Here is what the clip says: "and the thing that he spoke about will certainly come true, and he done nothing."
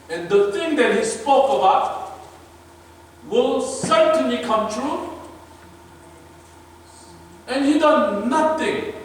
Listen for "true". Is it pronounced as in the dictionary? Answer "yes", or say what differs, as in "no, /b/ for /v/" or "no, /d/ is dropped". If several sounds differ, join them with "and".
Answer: yes